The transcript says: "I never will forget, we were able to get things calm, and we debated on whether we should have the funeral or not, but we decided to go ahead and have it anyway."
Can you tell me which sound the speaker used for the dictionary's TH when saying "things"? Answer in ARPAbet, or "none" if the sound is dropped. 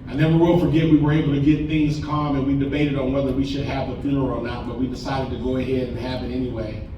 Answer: TH